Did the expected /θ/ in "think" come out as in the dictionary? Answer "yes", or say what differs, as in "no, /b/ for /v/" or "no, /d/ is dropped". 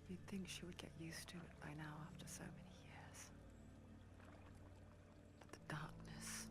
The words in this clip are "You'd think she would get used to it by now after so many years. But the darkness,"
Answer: yes